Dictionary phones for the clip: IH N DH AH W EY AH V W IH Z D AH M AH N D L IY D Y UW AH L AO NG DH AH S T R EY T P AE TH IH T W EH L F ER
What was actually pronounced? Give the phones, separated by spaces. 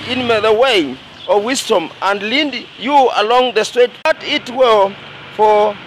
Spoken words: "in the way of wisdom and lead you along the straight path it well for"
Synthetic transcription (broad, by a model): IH N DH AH W EY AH W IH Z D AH M AH N D L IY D Y UW AH L AO NG DH AH S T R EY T B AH T IH T W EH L F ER